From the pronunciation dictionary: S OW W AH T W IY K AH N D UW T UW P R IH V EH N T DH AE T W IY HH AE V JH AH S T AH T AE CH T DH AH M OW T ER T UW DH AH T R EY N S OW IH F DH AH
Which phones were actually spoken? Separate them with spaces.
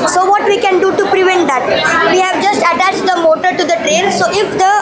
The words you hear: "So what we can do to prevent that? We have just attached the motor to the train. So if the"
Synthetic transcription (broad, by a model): S OW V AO T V IY K AH N D UW T UW P R IH V EH N T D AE T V IY HH AE V JH AH S T AH T AE CH T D AH M OW T ER T UW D AH T R EY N S OW IH F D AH